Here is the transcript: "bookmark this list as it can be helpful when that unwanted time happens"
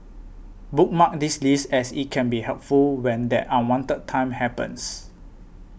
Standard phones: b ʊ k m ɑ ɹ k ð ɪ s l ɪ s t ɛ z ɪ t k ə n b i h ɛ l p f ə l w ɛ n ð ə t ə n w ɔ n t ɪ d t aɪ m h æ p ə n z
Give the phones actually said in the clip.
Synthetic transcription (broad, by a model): b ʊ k m ɑ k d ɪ s l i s ɛ s ɪ t k ə n b i h ɛ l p f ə l w ɛ n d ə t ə n w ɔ n t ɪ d t aɪ m h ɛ p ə n s